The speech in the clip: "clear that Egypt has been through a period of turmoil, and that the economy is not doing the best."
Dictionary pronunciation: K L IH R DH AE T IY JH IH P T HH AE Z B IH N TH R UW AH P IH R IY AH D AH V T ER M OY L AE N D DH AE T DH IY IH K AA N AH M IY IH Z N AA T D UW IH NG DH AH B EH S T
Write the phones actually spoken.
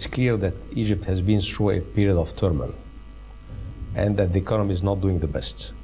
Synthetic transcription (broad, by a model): K L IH R DH AE T IY JH IH P T HH AE Z B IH N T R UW AH P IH R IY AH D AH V T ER M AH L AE N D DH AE T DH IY IH K AA N AH M IY IH Z N AA T D UW IH NG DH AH B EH S T